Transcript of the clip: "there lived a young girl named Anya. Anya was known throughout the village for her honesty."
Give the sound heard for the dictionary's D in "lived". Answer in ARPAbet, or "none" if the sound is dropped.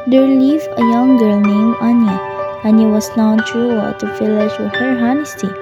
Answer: none